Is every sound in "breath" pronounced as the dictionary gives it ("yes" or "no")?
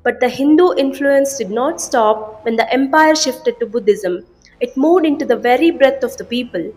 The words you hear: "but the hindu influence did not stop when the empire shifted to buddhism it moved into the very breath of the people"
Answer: no